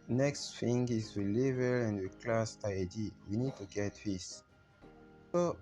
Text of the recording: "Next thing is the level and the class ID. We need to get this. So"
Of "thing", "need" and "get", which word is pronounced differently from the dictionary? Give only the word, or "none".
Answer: thing